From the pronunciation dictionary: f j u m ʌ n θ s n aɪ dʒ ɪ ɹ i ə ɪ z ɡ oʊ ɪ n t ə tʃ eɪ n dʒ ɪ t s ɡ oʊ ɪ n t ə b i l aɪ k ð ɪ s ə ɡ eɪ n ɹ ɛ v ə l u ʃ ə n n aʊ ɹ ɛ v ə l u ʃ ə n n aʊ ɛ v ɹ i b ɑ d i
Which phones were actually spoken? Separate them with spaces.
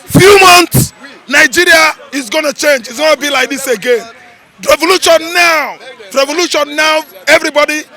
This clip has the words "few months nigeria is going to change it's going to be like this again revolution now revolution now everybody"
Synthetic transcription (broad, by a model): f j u m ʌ n t s n aɪ dʒ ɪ ɹ i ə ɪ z ɡ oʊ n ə tʃ eɪ n dʒ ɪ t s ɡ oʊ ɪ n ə b i l aɪ k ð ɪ s ə ɡ eɪ n ɹ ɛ v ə l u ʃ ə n n aʊ ɹ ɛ v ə l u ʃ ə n n aʊ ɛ v ɹ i b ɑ d i